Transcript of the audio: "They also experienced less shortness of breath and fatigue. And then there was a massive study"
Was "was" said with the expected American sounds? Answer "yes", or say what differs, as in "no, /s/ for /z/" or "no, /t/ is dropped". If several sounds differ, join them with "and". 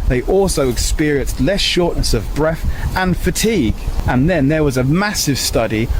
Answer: yes